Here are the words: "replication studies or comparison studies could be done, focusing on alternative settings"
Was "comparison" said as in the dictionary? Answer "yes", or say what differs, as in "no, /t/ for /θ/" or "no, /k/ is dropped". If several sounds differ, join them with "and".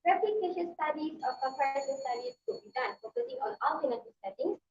no, /m/ is dropped